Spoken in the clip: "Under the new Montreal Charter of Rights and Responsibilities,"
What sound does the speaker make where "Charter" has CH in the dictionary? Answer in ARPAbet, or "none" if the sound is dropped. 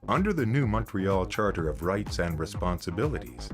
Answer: CH